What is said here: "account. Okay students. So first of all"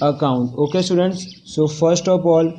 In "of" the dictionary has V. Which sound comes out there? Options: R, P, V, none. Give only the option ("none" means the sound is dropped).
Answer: P